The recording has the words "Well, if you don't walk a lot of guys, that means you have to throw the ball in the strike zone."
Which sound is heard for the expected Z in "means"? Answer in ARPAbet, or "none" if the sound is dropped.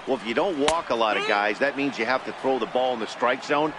Z